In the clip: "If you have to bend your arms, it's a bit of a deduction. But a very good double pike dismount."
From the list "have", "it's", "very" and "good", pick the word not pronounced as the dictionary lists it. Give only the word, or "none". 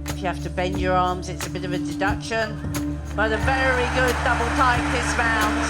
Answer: have